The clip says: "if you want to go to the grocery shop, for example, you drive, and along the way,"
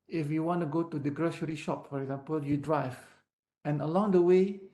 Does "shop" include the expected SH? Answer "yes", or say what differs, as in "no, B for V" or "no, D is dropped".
yes